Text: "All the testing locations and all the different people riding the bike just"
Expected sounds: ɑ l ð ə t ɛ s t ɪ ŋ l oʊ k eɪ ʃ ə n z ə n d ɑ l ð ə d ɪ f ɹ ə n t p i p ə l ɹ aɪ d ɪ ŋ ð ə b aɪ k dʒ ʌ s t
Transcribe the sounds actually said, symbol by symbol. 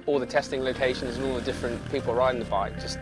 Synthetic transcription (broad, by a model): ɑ l ð ə t ɛ s t ɪ ŋ l oʊ k eɪ ʃ ə n z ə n ɑ l ð ə d ɪ f ɹ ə n p i p ə l ɹ aɪ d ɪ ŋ ð ə b aɪ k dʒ ʌ s